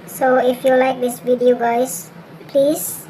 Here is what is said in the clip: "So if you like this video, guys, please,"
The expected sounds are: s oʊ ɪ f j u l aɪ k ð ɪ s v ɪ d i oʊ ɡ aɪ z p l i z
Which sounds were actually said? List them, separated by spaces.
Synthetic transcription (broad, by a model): s oʊ ɪ f j u l aɪ k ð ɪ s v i d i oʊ ɡ aɪ s p l i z